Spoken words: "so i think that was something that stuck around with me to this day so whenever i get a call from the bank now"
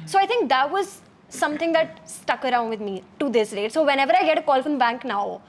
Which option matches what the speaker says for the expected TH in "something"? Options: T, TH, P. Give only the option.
T